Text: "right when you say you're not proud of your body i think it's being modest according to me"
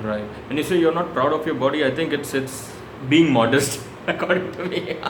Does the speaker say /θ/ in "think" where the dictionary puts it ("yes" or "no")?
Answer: no